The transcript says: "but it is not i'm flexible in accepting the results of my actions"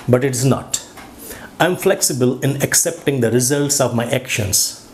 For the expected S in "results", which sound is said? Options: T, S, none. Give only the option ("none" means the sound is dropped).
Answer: S